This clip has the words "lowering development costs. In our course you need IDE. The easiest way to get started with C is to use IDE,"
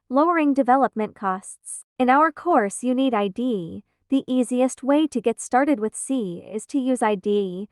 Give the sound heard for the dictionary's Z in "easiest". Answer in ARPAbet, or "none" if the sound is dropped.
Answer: Z